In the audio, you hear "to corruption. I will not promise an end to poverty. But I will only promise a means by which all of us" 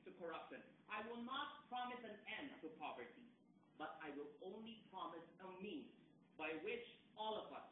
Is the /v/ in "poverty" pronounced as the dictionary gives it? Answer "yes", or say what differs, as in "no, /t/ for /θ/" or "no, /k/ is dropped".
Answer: yes